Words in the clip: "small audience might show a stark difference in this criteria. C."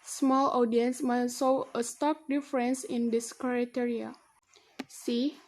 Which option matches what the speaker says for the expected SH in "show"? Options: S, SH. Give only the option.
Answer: S